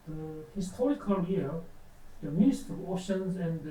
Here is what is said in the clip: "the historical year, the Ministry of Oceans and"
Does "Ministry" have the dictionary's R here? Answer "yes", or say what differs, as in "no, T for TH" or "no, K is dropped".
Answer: no, R is dropped